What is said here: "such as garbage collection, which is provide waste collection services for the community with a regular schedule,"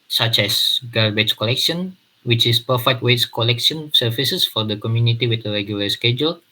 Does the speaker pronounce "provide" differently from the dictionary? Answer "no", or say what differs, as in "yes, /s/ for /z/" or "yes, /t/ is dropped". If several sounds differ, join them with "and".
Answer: yes, /ɹ/ is dropped and /f/ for /v/